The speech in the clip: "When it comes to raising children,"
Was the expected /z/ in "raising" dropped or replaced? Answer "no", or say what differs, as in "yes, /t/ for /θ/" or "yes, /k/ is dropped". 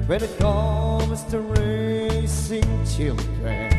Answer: yes, /s/ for /z/